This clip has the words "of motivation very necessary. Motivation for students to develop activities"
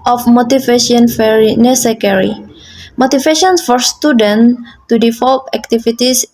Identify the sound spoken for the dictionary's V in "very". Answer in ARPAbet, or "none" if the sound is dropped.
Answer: F